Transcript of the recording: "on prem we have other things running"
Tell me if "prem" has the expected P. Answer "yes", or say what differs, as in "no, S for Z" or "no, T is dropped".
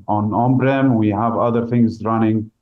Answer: no, B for P